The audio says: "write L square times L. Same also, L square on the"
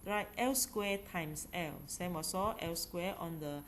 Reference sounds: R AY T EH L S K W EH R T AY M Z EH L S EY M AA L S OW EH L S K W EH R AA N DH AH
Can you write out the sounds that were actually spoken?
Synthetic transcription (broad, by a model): R AY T EH L S K W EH T AY M S EH L S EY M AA S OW EH L S K W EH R AA N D AH